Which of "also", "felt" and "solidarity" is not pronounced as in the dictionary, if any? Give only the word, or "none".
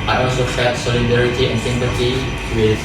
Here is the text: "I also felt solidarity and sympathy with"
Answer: felt